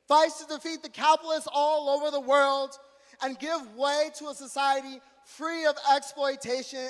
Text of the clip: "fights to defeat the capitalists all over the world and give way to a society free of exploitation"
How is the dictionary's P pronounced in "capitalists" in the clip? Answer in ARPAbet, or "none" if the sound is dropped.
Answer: none